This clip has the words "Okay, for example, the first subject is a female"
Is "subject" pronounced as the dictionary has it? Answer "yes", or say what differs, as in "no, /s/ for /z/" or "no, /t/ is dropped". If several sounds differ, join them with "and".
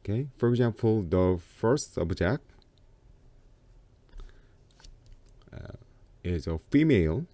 no, /t/ is dropped